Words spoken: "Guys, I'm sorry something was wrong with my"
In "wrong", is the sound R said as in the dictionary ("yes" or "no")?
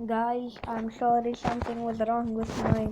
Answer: yes